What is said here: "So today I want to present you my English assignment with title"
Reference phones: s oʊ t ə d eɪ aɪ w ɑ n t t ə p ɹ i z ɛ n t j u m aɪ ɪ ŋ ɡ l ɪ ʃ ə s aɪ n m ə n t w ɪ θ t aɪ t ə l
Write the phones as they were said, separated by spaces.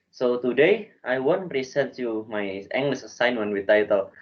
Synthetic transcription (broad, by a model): s oʊ t ə d eɪ aɪ w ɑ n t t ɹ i s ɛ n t j u m aɪ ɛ ŋ ɡ l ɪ s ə s aɪ n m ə n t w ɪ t aɪ t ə l